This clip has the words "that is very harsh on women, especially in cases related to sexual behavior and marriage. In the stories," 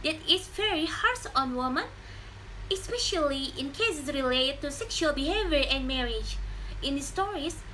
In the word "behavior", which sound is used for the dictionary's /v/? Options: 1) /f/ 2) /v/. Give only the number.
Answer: 2